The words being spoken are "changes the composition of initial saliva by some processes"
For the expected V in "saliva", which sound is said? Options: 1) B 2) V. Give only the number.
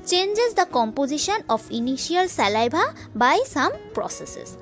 1